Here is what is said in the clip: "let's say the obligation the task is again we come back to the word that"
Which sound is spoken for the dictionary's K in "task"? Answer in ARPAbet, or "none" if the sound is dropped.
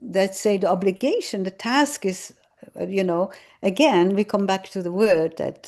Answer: K